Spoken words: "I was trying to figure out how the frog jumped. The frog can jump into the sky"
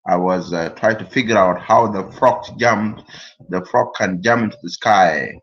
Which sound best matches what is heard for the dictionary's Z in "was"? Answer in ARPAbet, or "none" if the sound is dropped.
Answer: Z